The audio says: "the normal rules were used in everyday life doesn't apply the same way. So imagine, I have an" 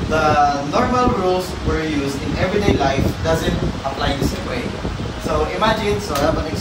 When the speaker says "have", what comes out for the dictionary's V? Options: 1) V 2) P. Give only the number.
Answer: 2